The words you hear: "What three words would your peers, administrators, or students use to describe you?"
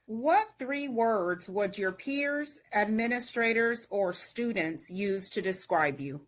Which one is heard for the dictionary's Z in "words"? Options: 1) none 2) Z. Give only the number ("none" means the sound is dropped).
2